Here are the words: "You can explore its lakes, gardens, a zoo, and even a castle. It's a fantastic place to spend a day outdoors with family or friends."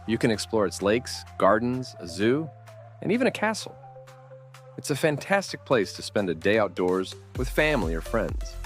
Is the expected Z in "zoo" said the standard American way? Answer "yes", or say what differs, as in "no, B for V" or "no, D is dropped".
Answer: yes